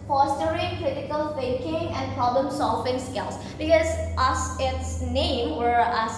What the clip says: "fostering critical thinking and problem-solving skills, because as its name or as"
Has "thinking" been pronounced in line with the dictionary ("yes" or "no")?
no